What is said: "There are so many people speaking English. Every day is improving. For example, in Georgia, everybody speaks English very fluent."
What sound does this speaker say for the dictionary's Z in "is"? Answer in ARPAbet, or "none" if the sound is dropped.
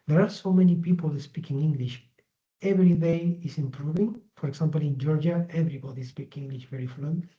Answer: S